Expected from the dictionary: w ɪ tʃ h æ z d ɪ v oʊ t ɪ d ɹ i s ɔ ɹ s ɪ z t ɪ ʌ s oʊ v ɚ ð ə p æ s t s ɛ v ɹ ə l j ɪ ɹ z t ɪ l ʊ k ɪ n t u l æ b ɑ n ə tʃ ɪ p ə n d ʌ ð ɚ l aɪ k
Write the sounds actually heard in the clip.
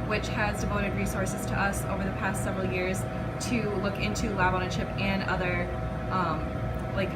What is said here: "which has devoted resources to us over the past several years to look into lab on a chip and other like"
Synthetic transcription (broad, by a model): w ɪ tʃ h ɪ z d ɪ v oʊ t ɪ d ɹ i s ɔ ɹ s ɪ z t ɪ ʌ s oʊ v ɚ ð ə p æ s t s ɛ v ɹ l j ɪ ɹ z t ɪ l ʊ k ɪ n t u l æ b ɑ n ə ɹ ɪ p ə n ʌ ð ɚ l aɪ k